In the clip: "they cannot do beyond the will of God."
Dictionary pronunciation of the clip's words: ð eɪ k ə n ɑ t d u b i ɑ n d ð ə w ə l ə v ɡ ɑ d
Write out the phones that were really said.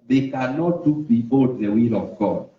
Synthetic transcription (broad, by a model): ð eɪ k ə n ɑ t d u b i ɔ d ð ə w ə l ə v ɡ ɑ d